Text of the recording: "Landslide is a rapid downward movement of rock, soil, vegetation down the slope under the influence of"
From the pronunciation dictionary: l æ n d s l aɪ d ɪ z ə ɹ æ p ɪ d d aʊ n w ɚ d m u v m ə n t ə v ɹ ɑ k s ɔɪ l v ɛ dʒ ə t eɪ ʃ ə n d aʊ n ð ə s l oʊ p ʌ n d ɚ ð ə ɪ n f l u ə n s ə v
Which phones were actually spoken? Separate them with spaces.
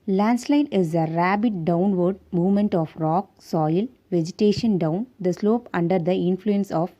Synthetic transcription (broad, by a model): l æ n d s l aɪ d ɪ z ə ɹ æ b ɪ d d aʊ n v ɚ d m u v m ə n t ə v ɹ ɑ k s ɔɪ l v ɛ dʒ ə t eɪ ʃ ə n d aʊ n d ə s l oʊ p ʌ n d ɚ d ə ɪ n f l u ə n s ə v